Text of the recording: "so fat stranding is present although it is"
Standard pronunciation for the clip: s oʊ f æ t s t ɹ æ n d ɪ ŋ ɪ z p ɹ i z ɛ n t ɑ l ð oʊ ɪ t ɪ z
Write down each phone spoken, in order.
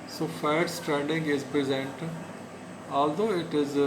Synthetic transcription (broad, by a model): s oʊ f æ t s t ɹ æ n d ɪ ŋ ɪ z p ɹ i z ɛ n t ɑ l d oʊ ɪ t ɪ z